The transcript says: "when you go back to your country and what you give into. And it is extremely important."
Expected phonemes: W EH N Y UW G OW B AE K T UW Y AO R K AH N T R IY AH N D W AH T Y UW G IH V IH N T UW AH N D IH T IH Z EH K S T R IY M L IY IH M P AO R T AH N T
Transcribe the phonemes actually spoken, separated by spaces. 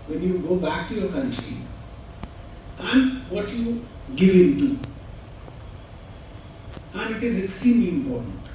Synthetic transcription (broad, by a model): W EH N Y UW G OW B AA K T UW Y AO K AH N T R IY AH N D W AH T Y UW G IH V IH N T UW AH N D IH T IH Z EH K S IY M IY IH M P AO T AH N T